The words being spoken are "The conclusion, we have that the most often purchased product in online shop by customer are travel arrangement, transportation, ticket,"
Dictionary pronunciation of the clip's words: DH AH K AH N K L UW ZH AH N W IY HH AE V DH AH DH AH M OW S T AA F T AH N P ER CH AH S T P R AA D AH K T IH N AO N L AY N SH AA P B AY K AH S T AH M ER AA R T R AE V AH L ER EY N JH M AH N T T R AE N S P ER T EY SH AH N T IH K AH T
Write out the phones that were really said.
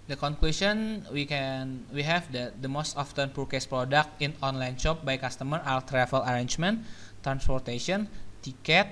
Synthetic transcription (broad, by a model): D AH K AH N K L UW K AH N W IY HH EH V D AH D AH M OW S T AA F T AH N P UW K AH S P R AA D AH K T IH N AO N L AY N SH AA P B AY K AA S T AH M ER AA L T R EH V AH L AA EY N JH M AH N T T R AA N S P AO T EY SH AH N T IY K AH T